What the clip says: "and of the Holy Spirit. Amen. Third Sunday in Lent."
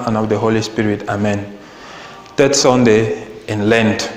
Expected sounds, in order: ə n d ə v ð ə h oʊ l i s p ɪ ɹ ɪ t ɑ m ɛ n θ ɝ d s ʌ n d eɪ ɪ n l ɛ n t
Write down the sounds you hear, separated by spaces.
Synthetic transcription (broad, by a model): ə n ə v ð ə h oʊ l i s p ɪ ɹ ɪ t ɑ m ɛ n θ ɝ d s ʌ n d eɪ ɪ n l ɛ n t